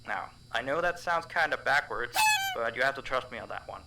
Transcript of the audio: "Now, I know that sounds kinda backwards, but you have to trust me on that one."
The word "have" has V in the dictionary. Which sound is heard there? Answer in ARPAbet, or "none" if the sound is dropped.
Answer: F